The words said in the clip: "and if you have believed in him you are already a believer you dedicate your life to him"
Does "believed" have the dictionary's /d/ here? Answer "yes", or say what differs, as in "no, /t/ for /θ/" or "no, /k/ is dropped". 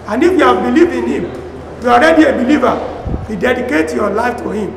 no, /d/ is dropped